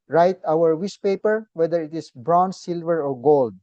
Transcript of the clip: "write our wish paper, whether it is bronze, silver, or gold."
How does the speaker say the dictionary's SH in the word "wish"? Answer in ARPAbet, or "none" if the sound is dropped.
S